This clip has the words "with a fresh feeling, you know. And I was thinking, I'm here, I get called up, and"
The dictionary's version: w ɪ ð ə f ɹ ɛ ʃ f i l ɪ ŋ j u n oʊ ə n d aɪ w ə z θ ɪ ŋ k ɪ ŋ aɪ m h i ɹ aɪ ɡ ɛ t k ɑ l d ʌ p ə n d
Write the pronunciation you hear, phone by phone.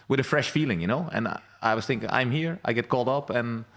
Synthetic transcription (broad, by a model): w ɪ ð ə f ɹ ɛ ʃ f i l ɪ ŋ j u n oʊ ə n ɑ aɪ w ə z θ ɪ ŋ k ɪ ŋ aɪ m h i ɹ aɪ ɡ ɛ t k ɑ l d ʌ p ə n